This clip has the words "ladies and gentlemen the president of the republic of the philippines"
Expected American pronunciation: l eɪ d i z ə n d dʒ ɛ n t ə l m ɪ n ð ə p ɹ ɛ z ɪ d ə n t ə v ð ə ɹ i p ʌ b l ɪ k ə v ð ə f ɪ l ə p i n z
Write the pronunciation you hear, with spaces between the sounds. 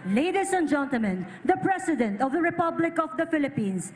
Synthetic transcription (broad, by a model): l eɪ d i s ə n dʒ ɛ n t ə l m ɪ n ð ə p ɹ ɛ s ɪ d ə n t ə v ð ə ɹ i p ʌ b l ɪ k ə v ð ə f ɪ l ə p i n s